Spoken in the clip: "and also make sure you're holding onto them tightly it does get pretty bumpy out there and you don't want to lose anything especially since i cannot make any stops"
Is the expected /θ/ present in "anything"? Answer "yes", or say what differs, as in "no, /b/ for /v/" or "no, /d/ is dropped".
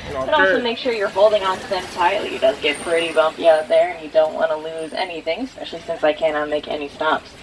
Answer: yes